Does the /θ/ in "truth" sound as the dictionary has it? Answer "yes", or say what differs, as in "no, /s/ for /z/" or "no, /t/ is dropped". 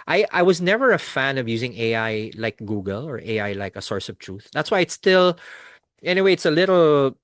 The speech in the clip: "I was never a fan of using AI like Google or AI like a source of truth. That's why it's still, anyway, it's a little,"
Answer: yes